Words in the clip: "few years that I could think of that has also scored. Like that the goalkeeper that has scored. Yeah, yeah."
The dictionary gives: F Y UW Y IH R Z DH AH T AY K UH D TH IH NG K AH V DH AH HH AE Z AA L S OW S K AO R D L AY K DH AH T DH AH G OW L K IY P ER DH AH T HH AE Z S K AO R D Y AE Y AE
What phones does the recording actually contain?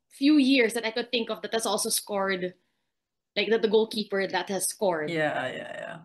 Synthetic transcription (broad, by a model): F Y UW Y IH R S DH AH T AY K UH D TH IH NG K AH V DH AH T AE S AA L S OW S K AO R D L AY K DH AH T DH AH G OW L K IY P ER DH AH T HH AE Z S K AO R D Y AE Y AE